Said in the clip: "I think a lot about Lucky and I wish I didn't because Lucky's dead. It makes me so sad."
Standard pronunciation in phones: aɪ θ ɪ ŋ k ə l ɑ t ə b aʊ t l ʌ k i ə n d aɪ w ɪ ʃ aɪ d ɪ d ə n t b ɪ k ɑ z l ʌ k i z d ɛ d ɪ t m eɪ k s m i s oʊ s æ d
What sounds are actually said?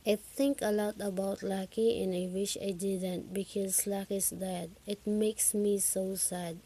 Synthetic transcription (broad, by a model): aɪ t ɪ ŋ k ə l ɑ t ə b aʊ t l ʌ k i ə n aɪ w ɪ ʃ aɪ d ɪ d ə n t b ɪ k ɑ z l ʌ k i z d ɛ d ɪ t m eɪ k s m i s oʊ s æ d